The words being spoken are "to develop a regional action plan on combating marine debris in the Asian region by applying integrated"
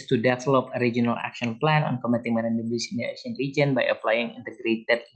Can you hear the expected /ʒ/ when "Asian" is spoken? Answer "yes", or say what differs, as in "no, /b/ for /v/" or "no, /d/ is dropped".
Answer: no, /s/ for /ʒ/